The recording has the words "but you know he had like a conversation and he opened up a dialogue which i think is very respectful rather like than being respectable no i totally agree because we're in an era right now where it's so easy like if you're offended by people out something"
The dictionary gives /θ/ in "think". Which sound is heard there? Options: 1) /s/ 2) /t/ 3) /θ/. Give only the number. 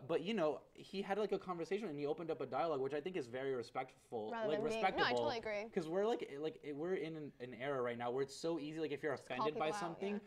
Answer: 3